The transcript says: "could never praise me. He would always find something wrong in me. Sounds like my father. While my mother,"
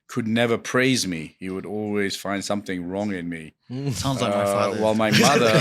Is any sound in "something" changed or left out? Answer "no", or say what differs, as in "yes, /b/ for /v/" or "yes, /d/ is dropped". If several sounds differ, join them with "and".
no